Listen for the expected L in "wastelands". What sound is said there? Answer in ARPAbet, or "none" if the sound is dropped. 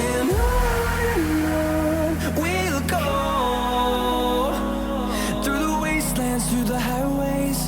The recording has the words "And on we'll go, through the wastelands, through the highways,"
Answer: L